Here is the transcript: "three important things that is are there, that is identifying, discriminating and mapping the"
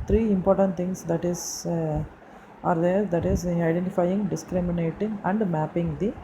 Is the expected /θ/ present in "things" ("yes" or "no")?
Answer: no